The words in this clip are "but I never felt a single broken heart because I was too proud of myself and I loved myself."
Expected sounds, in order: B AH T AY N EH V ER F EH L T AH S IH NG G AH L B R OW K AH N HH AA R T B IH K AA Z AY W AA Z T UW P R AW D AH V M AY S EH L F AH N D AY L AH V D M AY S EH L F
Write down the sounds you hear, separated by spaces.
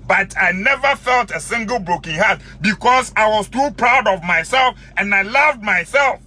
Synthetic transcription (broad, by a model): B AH T AY N EH V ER F EH L T AH S IH NG G AH L B R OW K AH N HH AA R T B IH K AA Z AY W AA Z T UW P R AW D AH V M AY S EH L F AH N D AY L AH V D M AY S EH L F